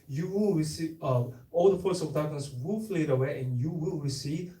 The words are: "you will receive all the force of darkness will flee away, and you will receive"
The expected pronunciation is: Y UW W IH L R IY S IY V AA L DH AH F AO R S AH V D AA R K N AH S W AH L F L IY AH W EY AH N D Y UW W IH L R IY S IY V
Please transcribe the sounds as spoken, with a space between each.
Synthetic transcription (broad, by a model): Y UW W IH L R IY S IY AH AA L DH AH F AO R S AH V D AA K AH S W AH L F L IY AH W EY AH N Y UW W IH L R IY S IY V